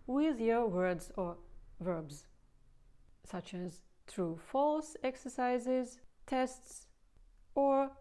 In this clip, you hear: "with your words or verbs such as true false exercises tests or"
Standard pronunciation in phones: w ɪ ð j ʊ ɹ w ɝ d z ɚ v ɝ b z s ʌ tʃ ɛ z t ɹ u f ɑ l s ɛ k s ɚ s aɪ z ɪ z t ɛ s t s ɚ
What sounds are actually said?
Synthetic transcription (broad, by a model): w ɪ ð j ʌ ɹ w ɝ d z ɚ v ɝ b z s ʌ tʃ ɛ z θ ɹ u f ɑ l s ɛ k s ɚ s aɪ z ɪ z t ɛ s t s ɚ